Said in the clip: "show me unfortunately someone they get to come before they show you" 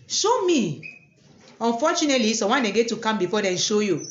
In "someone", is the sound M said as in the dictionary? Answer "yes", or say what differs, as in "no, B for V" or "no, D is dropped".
no, M is dropped